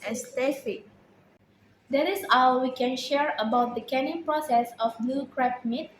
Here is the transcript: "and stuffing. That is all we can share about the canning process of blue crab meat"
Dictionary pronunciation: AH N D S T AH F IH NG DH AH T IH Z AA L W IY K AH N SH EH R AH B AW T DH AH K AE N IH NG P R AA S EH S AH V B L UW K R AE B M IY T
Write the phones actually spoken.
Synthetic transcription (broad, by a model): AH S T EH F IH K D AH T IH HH AA W W IY K AH N SH EH R AH B AW T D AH K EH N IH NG P R AA S EH S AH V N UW K R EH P M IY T